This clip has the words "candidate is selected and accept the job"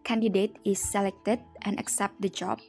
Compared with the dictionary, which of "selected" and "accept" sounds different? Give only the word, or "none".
none